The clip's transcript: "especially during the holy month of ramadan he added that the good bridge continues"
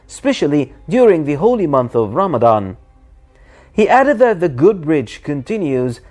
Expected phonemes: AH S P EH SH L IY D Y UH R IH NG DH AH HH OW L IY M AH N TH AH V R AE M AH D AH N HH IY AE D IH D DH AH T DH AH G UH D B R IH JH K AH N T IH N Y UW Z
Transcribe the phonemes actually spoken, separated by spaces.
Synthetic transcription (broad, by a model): S P EH SH L IY D Y UH R IH NG DH AH HH OW L IY M AH N TH AH V R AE M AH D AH N HH IY AE D IH D DH AH T DH AH G UH D B R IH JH K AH N T IH N Y UW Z